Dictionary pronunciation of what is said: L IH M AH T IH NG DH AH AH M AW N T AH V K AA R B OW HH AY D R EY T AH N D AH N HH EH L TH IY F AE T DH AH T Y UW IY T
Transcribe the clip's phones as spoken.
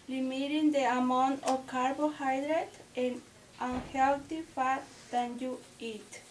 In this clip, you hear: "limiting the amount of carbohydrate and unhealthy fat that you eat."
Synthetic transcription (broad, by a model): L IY M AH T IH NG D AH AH M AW N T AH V K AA R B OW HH AY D R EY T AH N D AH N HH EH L T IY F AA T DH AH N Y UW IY T